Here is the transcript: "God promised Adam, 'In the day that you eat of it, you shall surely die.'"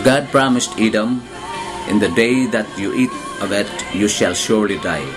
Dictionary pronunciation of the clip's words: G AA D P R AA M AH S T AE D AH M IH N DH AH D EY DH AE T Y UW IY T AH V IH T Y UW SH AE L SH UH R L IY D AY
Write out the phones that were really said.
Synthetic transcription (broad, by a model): G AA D P R AA M AH S T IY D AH M IH N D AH D EY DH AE T Y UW IY T AH V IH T Y UW SH AE L SH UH R L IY D AY